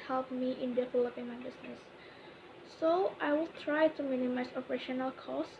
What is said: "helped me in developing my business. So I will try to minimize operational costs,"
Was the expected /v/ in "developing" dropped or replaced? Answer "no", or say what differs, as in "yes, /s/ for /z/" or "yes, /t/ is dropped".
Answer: yes, /f/ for /v/